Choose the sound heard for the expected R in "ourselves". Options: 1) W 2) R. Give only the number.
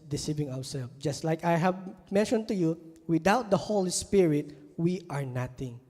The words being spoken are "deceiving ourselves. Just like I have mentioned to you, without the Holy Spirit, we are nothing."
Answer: 1